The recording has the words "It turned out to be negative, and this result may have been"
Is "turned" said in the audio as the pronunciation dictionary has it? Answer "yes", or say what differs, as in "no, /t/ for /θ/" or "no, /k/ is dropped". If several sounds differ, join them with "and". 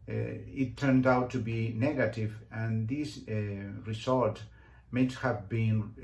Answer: yes